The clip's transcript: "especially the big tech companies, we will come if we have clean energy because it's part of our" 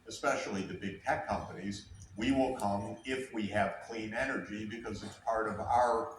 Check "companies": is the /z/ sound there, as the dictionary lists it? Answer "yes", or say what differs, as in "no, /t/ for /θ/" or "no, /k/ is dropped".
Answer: yes